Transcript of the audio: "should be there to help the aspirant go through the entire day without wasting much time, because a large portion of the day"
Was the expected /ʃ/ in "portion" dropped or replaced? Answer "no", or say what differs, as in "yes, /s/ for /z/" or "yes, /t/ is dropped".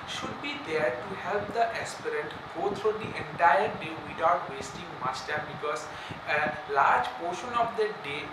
no